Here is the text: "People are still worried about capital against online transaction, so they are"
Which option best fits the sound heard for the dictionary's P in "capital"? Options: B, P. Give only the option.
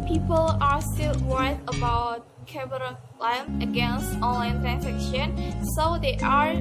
B